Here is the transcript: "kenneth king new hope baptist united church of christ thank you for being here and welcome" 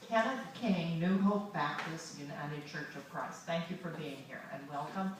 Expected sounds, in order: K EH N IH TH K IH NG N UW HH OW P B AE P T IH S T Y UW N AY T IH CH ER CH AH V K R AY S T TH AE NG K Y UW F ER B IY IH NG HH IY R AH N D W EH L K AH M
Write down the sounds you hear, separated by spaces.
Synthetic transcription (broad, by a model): K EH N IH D K IH NG N UW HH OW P B AE P T IH S T Y UW N AY T IH CH ER CH AH V K R AY S T TH AE NG K Y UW F ER B IY IH NG HH IY R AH N W EH L K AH M